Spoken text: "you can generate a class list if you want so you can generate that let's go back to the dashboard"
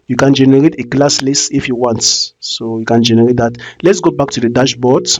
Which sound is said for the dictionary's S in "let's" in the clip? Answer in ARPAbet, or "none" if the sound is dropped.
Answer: S